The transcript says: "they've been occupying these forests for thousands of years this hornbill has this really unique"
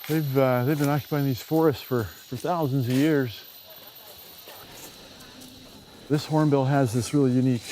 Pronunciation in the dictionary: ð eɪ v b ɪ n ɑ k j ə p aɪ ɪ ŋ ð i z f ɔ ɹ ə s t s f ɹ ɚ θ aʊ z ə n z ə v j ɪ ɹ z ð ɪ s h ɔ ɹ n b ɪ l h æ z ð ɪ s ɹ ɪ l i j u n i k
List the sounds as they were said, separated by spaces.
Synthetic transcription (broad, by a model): ð eɪ v b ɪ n ɑ k j ə p aɪ ɪ ŋ ð i z f ɔ ɹ ə s t s f ɹ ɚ θ aʊ z ə n z ə v j ɪ ɹ z ð ɪ s h ɔ ɹ n b ɪ l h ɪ z ð ɪ s ɹ ɪ l i j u n i k